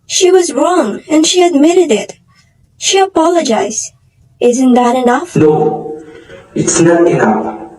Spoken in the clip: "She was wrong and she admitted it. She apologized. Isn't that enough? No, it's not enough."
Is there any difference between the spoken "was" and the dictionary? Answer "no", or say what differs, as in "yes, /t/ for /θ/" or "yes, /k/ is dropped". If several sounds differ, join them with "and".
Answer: no